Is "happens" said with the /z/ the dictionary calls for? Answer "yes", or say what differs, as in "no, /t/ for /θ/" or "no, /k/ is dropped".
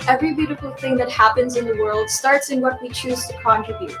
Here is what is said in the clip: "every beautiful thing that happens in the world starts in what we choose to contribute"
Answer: yes